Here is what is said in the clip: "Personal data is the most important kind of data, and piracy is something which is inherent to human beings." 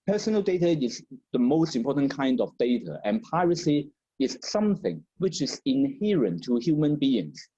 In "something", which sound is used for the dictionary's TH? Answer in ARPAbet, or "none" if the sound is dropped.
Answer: TH